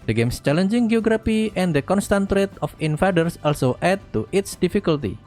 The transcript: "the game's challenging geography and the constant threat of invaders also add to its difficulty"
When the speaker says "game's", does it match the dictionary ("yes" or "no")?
no